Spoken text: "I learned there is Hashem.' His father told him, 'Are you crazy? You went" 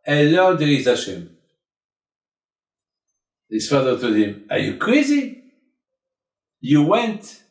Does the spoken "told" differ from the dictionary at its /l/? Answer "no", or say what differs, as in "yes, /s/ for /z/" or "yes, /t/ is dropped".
yes, /l/ is dropped